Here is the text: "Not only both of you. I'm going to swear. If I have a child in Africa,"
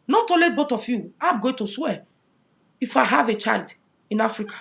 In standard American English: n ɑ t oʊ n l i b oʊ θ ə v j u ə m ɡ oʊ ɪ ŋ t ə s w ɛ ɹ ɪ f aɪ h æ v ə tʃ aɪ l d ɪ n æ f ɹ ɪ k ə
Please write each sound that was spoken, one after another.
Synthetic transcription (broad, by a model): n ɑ t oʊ l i b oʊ t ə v j u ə ɡ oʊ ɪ t ə s w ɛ ɪ f aɪ h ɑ v ə tʃ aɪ l d ɪ n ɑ f ɹ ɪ k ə